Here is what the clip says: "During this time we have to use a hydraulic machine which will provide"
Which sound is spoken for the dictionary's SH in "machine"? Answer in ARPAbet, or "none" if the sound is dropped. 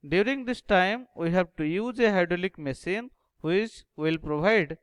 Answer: S